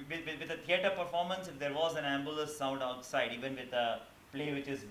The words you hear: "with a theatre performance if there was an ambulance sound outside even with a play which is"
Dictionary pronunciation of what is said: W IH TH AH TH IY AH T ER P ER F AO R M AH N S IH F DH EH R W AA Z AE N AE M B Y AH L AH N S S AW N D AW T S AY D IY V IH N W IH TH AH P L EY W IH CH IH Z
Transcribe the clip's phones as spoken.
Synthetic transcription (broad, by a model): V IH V AH T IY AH T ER P ER F AO R M AH N S IH F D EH R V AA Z AE N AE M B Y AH L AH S S AW N D AW T S AY D IY V IH N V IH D AH P L EY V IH CH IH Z